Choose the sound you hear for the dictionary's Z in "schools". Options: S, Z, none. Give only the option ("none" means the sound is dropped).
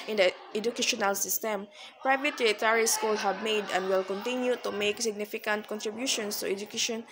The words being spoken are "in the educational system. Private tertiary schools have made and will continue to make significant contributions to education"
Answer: none